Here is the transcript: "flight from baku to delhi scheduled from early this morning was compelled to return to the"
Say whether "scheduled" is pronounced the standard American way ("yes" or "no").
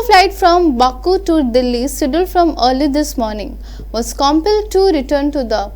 no